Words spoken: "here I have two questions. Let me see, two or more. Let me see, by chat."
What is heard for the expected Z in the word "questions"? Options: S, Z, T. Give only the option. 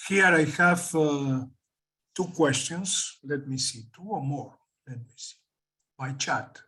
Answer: S